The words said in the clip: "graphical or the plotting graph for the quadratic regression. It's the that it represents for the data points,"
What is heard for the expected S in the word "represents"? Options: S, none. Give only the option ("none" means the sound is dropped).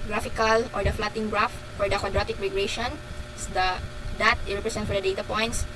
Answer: none